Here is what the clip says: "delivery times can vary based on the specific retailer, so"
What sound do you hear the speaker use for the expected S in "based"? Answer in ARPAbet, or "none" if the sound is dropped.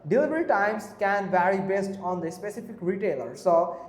S